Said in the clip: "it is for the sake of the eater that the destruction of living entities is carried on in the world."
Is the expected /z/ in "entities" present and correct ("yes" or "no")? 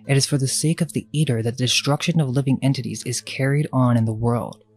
yes